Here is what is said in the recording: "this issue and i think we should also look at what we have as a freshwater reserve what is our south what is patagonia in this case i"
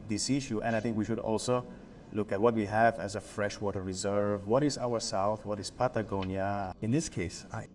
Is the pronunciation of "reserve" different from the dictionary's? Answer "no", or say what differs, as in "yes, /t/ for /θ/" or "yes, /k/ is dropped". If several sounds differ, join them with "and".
no